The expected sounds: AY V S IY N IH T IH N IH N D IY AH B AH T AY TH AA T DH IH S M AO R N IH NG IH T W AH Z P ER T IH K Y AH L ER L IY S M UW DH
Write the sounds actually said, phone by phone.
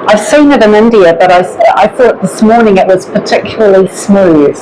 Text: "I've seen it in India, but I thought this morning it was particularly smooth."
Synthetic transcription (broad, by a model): AY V S IY N IH T IH N IH N D IY AH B AH T AY TH AA T DH IH S M AO R N IH NG IH T W AH Z P ER T IH K Y L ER L IY S M UW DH